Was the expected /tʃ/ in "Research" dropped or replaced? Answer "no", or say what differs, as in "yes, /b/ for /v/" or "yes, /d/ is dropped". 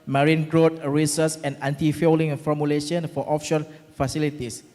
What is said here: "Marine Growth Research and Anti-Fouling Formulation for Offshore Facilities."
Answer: yes, /s/ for /tʃ/